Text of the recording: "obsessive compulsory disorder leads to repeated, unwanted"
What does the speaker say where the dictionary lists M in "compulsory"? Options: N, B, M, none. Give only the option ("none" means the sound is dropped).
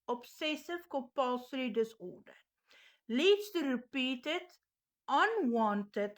none